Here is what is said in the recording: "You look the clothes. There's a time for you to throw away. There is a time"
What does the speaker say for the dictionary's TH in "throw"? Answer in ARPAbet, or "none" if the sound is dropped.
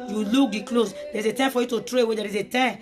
T